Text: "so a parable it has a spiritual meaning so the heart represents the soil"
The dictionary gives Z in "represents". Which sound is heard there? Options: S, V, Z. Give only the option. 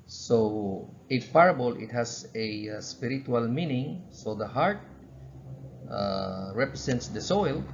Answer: S